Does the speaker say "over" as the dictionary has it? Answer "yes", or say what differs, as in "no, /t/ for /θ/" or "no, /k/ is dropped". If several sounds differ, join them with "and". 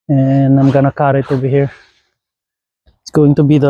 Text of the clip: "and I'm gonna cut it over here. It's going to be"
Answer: no, /b/ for /v/